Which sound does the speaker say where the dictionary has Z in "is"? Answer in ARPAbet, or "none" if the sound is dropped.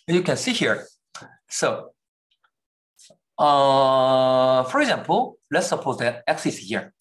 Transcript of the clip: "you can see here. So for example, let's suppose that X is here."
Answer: S